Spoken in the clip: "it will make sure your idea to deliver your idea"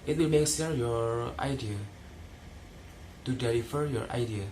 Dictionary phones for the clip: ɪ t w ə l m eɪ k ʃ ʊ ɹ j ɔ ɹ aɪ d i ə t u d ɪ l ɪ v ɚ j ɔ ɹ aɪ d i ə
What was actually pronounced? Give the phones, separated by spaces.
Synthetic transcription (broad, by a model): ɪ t w ə l m eɪ k s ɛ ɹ j ɔ ɹ aɪ d i ə t u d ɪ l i f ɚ j ɔ ɹ aɪ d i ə